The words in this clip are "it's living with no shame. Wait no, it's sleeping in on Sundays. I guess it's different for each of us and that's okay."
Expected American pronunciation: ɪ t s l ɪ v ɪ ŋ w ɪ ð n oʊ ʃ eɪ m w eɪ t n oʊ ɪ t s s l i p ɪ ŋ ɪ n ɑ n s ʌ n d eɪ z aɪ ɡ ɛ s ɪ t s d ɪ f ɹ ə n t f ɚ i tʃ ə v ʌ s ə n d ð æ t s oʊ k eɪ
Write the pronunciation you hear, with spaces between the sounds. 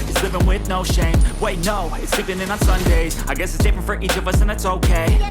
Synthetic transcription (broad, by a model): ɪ t s l ɪ v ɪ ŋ w ɪ ð n oʊ ʃ eɪ m w eɪ t n oʊ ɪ t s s i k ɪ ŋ ɪ n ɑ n s ʌ n d eɪ z aɪ ɡ ɛ s ɪ t s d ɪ f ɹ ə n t f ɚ i tʃ ə v ʌ s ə n ð æ t s oʊ k eɪ